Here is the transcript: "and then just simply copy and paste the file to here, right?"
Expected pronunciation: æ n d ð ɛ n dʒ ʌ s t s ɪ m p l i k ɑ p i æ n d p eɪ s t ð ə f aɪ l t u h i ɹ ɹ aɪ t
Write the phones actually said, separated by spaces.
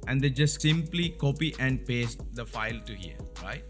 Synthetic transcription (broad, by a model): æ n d ɛ dʒ ʌ s t s ɪ m p l i k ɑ p i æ n d p eɪ s t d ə f aɪ l t u h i ɹ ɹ aɪ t